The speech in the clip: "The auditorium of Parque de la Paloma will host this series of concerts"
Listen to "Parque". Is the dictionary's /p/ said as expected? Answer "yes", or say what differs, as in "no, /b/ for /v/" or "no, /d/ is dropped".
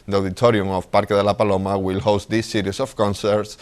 yes